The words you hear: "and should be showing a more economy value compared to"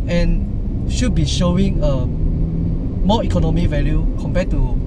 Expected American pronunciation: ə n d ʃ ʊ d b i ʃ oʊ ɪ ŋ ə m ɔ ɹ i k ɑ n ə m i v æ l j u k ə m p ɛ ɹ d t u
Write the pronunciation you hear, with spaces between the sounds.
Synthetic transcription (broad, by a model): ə n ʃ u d b i ʃ oʊ ɪ ŋ ə m ɔ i k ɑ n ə m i v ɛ l j u k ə m p ɛ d t u